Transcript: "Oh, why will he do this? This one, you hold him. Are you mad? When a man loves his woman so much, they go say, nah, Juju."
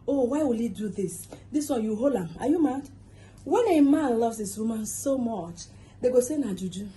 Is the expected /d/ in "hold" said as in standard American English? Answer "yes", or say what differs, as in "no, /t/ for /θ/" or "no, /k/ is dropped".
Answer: no, /d/ is dropped